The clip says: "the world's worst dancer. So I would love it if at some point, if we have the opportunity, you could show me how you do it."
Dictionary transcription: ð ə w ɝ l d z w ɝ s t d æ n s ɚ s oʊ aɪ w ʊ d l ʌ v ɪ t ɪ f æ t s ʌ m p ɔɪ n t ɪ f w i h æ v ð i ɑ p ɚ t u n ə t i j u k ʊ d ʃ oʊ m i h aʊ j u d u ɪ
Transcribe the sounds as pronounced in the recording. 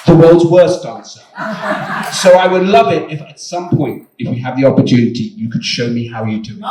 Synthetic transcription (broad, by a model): ð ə w ɝ l d z w ɝ s t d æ n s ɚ s oʊ aɪ w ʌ d l ʌ v ɪ t ɪ f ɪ t s ʌ m p ɔɪ n t ɪ f w i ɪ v ð i ɑ p ɚ t u n ə t i j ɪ k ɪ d ʃ oʊ m i h aʊ j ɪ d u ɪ